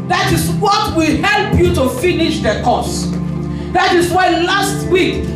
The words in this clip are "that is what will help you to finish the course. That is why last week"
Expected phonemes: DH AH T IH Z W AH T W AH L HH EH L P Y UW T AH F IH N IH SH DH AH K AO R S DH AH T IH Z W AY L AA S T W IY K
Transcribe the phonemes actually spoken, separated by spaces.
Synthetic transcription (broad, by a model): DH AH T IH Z W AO T W AH L HH EH L P Y UW T AH F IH N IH SH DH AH K AO S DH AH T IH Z W AY L AA S T W IY K